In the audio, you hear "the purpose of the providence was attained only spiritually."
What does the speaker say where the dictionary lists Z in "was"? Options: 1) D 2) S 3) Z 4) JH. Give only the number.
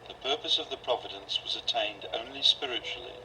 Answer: 3